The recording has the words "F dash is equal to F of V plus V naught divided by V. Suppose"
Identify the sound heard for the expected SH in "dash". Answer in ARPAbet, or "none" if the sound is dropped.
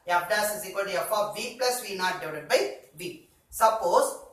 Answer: S